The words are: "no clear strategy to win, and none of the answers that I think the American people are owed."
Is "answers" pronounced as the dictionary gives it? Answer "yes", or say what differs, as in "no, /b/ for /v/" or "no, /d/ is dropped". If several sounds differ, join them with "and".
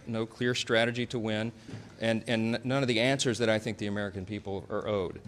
yes